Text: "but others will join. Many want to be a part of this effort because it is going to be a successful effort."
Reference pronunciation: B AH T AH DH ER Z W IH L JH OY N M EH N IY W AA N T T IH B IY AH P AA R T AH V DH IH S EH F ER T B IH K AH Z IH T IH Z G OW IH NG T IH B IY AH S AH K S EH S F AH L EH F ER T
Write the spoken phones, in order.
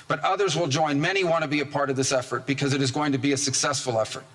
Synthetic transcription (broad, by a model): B AH T AH DH ER Z W IH L JH OY N M EH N IY W AA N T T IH B IY AH P AA R T AH V DH IH S EH F ER T B IH K AH Z IH T IH Z G OW IH NG T IH B IY AH S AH K S EH S F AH L EH F ER T